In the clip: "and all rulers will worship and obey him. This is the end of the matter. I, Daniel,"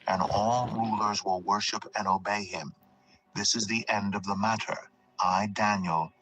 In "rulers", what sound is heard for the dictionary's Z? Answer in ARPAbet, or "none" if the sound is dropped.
Z